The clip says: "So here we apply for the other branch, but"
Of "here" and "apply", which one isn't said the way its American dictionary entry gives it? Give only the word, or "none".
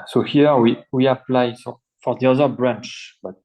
here